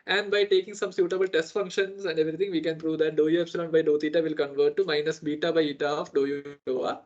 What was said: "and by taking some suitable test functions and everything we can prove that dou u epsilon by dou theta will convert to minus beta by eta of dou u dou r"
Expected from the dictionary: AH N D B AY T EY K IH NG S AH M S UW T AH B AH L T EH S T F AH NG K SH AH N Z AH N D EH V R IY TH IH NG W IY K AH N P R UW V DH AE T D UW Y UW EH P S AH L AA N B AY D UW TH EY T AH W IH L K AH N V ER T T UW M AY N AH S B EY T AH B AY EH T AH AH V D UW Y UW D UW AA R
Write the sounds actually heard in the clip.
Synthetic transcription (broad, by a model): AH N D B AY T EY K IH NG S AH M S UW T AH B AH L T EH S T F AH NG K SH AH N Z AH N D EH V R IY T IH NG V IY K AH N P R UW V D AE T D UW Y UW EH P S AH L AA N B AY D UW T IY T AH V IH L K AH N V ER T T UW M AY N AH S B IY T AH B AY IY T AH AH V D UW Y UW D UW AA